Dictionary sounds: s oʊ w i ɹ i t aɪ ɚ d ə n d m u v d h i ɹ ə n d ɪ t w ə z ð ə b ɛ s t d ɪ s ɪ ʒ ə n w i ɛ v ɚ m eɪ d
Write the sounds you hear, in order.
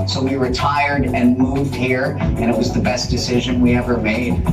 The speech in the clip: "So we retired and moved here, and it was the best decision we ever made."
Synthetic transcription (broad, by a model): s oʊ w i ɹ i t aɪ ɚ d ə n m u v d h i ɹ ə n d ɪ t w ə z ð ə b ɛ s d ɪ s ɪ ʒ ə n w i ɛ v ɚ m eɪ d